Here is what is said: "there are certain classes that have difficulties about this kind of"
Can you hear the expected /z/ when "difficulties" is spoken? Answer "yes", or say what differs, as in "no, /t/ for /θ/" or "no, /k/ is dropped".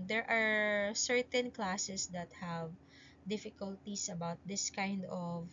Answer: no, /s/ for /z/